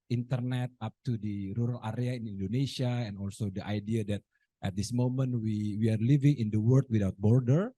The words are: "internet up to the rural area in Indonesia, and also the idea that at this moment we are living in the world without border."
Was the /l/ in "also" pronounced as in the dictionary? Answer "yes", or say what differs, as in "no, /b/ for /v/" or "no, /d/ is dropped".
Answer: yes